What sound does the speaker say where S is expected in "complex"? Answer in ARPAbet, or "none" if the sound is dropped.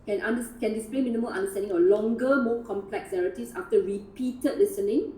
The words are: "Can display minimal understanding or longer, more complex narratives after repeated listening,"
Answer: S